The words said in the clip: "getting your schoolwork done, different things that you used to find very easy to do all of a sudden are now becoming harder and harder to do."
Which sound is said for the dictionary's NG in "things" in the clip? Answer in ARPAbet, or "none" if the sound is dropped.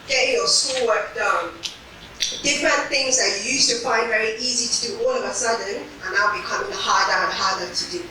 NG